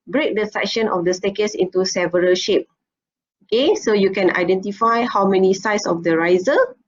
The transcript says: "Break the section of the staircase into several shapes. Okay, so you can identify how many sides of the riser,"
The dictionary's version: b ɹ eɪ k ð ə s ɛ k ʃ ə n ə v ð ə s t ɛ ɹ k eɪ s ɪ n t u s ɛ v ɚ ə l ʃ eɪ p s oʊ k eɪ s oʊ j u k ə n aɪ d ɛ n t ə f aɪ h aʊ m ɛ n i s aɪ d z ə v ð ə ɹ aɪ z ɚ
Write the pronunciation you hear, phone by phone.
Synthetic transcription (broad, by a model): b ɹ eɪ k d ə s ɛ k ʃ ə n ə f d ə s t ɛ k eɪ s ɪ n t u s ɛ v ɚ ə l ʃ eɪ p oʊ k eɪ s oʊ j u k ə n aɪ d ɛ n t ə f aɪ h aʊ m ɛ n i s aɪ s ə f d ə ɹ aɪ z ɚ